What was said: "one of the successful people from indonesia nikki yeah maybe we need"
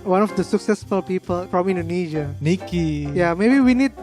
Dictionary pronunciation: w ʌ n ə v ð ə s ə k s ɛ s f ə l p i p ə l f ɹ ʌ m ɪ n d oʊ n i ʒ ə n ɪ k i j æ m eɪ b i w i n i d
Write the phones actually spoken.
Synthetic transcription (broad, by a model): w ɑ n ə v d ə s ə k s ɛ s f ə l p i p ə l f ɹ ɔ m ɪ n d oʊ n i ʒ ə n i k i j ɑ m eɪ b i w i n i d